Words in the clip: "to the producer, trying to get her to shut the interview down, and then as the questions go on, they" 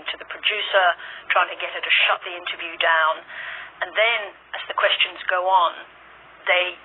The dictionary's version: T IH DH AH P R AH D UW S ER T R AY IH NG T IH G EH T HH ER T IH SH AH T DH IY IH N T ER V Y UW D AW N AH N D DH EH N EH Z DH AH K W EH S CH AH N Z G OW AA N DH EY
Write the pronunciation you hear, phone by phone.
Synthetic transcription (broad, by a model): T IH DH AH P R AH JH UW S ER T R AY IH NG T IH G EH T HH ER T IH SH AH T DH IY IH N T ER V Y UW D AW N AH N DH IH N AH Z DH AH K W EH S CH AH N Z G OW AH N DH EY